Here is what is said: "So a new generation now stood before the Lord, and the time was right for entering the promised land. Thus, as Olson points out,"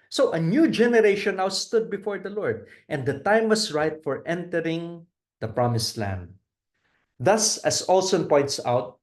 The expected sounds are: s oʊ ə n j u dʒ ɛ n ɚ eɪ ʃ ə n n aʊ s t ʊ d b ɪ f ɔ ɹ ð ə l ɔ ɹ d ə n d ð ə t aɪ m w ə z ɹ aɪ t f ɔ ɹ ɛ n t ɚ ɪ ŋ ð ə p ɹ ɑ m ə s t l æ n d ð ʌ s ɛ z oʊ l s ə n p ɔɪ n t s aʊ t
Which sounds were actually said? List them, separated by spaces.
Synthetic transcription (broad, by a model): s oʊ ə n j u dʒ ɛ n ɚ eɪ ʃ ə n n aʊ s t ʊ d b ɪ f ɔ ɹ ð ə l ɔ ɹ d ə n d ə t aɪ m w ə s ɹ aɪ t f ɔ ɹ ɛ n t ɚ ɪ ŋ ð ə p ɹ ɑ m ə s l æ n d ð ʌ s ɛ s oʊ l s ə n p ɔɪ n t s aʊ t